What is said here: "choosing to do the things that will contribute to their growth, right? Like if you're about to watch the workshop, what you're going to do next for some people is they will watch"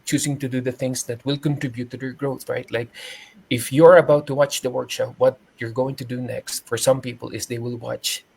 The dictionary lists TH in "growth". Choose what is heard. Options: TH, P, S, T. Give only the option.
TH